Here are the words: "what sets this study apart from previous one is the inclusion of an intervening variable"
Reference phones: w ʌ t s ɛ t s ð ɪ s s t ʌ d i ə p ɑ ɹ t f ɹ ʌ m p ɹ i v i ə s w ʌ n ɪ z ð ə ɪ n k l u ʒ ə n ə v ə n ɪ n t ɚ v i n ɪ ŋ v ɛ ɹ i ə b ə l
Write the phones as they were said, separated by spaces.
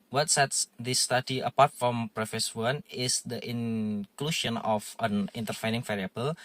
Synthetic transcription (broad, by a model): w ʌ t s ɛ t s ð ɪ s s t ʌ d i ə p ɑ ɹ t f ɹ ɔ m p ɹ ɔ f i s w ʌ n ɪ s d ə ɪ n k l u ʃ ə n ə f ə n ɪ n t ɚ f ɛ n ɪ ŋ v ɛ ɹ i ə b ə l